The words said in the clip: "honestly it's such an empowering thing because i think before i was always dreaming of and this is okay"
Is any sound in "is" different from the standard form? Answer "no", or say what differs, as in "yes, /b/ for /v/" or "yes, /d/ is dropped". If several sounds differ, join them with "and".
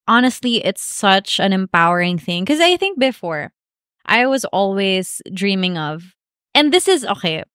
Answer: no